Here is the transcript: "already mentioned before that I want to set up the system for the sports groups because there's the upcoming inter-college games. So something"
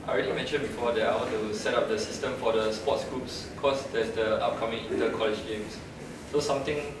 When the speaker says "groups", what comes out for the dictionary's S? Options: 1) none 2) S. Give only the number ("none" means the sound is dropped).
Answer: 2